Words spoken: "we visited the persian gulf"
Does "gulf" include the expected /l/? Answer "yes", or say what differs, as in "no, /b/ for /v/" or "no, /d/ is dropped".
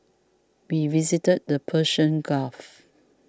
no, /l/ is dropped